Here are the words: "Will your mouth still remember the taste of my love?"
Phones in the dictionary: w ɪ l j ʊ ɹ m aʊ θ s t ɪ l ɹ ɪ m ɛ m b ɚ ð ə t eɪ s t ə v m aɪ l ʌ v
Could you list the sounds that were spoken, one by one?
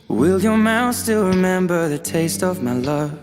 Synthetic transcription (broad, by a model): w ɪ l j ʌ ɹ m aʊ θ s t ɪ l ɹ ɪ m ɛ m b ɚ ð ə t eɪ s t ə v m aɪ l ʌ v